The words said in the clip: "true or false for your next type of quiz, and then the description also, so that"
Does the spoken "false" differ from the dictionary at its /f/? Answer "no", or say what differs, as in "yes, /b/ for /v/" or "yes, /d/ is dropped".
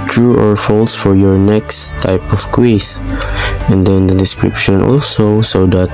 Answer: no